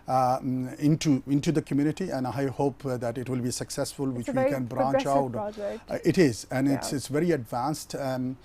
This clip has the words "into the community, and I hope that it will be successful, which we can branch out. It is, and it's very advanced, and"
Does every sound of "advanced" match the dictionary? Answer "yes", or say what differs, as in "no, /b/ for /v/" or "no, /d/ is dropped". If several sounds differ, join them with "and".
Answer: yes